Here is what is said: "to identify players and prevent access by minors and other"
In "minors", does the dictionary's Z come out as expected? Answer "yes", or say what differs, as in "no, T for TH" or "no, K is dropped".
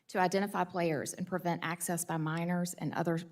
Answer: yes